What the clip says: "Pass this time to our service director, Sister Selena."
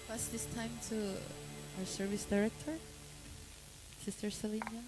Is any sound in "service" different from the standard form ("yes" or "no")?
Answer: no